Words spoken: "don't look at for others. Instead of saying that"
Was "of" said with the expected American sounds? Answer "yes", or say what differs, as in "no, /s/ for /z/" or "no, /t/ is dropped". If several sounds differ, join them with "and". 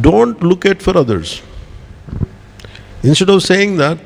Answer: yes